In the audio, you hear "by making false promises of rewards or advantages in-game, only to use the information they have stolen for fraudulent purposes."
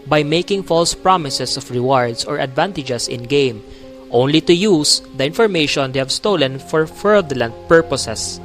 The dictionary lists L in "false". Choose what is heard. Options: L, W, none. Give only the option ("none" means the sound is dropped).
L